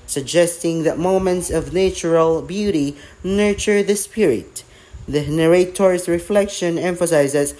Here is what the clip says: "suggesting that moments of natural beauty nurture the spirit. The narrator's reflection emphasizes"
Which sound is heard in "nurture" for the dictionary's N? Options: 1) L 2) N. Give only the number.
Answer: 2